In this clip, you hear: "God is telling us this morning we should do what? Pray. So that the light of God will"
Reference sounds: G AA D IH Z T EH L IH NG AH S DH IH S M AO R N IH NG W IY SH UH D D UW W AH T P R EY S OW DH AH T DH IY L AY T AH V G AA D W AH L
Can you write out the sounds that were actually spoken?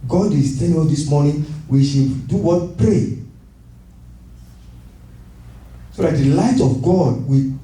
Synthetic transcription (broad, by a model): G AA D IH S T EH N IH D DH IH S M AO N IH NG W IY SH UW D D UW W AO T P R EY S OW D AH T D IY L AY T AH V G AA D W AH